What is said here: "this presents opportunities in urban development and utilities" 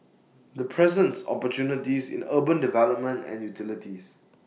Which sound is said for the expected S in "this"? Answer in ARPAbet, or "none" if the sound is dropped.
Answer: none